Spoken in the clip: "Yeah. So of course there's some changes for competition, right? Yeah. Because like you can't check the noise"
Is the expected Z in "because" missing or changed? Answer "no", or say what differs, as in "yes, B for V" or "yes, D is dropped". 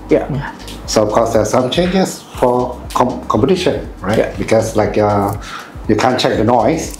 yes, S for Z